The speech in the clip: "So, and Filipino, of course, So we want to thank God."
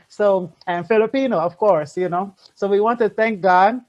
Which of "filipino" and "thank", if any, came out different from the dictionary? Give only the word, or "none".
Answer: none